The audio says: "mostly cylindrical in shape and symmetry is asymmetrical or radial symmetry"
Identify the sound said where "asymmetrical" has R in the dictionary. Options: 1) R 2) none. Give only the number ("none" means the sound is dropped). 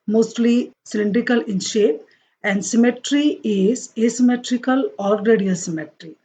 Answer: 1